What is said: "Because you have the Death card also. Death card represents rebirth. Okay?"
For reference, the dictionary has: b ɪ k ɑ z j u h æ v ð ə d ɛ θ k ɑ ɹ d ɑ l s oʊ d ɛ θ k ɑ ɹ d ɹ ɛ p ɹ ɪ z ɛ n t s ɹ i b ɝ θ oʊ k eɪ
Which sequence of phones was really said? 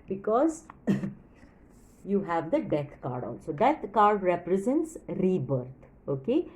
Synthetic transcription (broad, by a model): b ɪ k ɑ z j u h æ v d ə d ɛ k k ɑ ɹ d ɑ l s oʊ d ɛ t k ɑ ɹ d ɹ ɛ p ɹ ɪ z ɛ n t s ɹ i b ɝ t oʊ k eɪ